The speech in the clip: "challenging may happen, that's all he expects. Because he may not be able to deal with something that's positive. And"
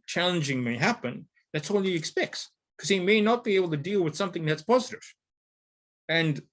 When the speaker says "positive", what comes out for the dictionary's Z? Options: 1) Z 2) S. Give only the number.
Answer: 1